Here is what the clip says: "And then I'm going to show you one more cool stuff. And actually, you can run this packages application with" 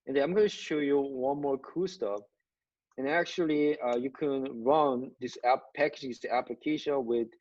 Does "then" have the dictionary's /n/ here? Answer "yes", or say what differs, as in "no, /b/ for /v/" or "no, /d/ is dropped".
no, /n/ is dropped